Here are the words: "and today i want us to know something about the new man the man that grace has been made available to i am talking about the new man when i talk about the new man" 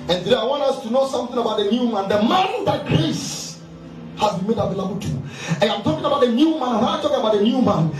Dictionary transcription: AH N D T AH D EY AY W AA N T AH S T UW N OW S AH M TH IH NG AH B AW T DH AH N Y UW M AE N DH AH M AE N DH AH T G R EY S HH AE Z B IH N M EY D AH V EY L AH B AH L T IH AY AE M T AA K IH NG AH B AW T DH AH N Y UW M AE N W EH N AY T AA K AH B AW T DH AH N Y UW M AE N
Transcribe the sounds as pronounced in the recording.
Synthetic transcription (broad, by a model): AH N T AH D EY AY W AA N T AH S T UW N OW S AH M TH IH NG AH B AW T DH AH N Y UW M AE N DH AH M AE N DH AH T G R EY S HH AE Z B IH N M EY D AH V EY L AH B AH L T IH AY M T AA K IH NG AH B AW T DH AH N Y UW M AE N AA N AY T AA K AH B AW T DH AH N Y UW M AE N